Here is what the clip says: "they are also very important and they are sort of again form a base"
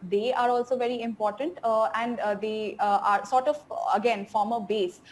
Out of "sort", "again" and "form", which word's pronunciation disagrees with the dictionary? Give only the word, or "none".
none